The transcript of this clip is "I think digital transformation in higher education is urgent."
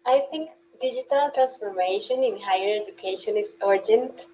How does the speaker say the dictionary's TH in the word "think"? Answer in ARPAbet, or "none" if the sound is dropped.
T